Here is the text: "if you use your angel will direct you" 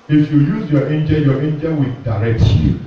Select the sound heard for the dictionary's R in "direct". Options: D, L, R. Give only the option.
R